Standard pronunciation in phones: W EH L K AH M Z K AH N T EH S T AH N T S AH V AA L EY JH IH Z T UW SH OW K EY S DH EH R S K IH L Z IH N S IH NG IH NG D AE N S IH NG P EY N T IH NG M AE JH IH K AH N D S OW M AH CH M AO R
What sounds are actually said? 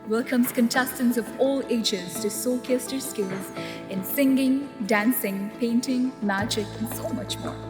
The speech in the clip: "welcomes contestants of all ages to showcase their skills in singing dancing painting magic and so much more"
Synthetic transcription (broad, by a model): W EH L K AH M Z K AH N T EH S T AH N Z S AH V AA L EY JH IH Z T UW S OW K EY S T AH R S K IH L Z IH N S IH NG IH NG D AE N S IH NG P EY N T IH NG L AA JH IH K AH N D S OW M AH CH M AO R